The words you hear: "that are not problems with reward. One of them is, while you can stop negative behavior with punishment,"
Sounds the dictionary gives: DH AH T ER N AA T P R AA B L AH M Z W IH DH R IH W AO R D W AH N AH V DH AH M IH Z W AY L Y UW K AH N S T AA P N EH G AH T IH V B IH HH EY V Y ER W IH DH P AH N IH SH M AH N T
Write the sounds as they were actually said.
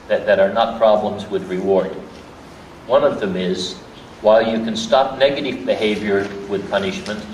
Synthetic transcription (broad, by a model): DH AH T ER N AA T P R AA B L AH M Z W IH DH R IH W AO R D W AH N AH V DH AH M IH Z W AY L Y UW K AH N S T AA P N EH G AH T IH V B IH HH EY V Y ER W IH DH P AH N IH SH M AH N T